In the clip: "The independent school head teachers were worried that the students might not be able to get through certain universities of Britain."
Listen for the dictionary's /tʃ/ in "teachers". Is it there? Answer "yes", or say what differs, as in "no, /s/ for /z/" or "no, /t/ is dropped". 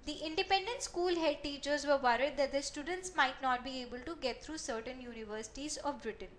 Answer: yes